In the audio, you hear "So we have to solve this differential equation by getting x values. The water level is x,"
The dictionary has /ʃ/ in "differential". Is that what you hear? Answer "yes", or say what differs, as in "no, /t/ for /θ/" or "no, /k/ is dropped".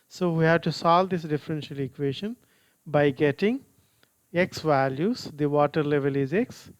yes